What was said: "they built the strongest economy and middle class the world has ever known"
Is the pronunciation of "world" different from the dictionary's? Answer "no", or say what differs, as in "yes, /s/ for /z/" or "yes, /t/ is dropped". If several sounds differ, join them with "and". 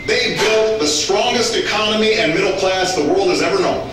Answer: no